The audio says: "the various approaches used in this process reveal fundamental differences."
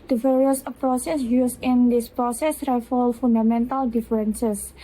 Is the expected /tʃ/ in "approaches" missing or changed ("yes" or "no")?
yes